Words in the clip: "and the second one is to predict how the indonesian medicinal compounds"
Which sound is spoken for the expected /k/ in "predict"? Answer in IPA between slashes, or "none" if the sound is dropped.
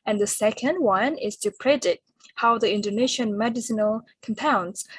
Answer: none